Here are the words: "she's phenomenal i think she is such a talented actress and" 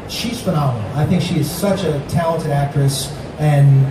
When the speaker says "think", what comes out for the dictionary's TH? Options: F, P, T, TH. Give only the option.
TH